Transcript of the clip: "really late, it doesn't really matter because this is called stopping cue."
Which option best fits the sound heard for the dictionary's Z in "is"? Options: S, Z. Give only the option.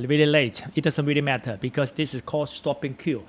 S